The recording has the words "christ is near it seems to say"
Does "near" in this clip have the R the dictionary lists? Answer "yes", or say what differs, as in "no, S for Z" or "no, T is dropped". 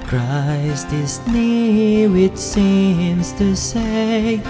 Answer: no, W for R